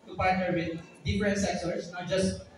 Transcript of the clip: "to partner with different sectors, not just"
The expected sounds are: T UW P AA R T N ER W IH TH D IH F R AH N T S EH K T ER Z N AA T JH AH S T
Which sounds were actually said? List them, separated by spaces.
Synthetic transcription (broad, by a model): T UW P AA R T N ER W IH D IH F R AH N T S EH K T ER S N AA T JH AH S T